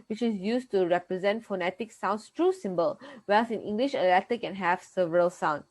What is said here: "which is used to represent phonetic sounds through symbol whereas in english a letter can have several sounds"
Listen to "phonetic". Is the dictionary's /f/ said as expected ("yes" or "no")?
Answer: yes